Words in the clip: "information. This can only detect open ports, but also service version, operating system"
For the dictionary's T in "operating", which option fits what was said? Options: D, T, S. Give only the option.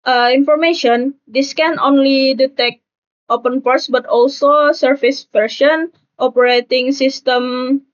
T